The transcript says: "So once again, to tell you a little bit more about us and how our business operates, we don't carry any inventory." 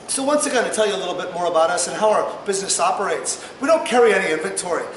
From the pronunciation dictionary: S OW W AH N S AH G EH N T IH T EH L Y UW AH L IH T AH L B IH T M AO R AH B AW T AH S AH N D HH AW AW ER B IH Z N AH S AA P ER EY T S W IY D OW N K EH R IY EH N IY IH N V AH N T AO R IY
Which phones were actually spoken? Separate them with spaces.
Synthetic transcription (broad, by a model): S OW W AH N S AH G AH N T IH T EH L Y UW AH L IH T L B IH T M AO R AH B AW T AH S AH N HH AW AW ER B IH Z N AH S AA P ER EY T S W IY D OW N K EH R IY EH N IY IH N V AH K T AO R IY